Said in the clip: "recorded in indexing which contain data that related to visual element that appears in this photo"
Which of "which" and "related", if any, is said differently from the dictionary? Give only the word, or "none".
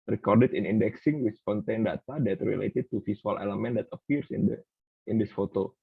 which